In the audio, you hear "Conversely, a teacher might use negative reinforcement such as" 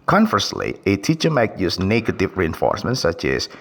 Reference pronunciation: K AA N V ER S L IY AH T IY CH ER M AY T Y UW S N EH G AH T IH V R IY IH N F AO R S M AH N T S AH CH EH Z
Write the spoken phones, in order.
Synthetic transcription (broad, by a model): K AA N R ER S L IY AH T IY CH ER M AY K Y UW S N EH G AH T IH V R IY IH N F AO R S M AH N T S AH CH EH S